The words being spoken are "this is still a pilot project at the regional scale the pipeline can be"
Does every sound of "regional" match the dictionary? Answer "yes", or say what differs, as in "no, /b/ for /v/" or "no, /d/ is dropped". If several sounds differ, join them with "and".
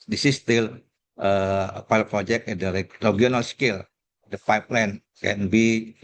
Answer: no, /dʒ/ is dropped